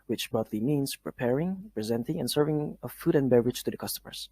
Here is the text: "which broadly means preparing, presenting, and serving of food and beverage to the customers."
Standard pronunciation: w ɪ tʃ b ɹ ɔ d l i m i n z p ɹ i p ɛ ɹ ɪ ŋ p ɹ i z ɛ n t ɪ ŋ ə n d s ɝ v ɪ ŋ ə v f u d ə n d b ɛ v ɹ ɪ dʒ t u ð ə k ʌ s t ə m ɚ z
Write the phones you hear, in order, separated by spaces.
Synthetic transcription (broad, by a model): w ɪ tʃ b ɔ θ l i m i n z p ɹ i p ɛ ɹ ɪ ŋ p ɹ i z ɛ n t ɪ ŋ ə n s ɝ v ɪ ŋ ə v f u d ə n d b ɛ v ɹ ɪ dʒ t u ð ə k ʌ s t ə m ɚ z